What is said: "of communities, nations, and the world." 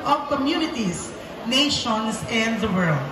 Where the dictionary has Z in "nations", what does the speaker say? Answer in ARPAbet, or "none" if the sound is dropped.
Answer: S